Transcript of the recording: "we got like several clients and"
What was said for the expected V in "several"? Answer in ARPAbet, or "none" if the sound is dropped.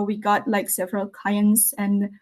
V